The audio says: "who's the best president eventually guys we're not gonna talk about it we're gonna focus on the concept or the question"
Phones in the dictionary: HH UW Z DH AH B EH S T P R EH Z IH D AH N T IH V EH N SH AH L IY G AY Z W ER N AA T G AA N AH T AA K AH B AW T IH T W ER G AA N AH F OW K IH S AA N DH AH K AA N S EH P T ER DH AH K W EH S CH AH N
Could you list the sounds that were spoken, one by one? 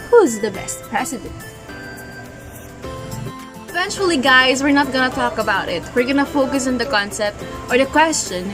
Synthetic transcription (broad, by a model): HH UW Z DH AH B EH S T P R EH S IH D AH N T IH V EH N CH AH L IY G AY Z W ER N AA T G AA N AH T AA K AH B AW T IH T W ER G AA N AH F OW K IH S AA N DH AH K AA N S EH P T ER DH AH K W EH S CH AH N